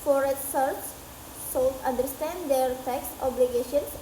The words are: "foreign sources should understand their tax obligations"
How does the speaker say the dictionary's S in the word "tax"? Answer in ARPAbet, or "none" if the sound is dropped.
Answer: S